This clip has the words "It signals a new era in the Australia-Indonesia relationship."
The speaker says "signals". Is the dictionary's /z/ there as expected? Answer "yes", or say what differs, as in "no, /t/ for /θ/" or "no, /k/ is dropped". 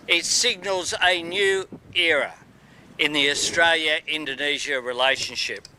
yes